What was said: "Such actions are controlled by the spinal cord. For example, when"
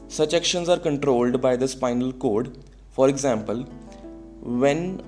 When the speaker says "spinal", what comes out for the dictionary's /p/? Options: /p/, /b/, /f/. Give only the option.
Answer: /p/